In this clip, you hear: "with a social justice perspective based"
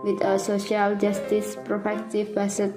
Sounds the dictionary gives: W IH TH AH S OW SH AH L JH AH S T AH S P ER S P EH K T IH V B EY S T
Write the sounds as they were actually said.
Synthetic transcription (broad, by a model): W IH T AH S OW SH AH L JH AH S T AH S P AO P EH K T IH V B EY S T